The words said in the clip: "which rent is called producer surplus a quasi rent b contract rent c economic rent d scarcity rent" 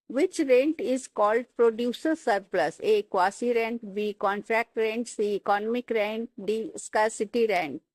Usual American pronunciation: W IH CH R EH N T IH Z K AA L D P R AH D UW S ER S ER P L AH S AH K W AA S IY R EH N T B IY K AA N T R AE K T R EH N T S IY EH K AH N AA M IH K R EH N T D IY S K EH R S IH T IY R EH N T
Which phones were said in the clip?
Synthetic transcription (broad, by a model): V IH CH R EH N T IH Z K AA L D P R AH D UW S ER S ER P L AH S AH K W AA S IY R EH N T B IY K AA N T R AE K T R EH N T S IY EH K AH N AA M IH K R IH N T D IY S K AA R S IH T IY R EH N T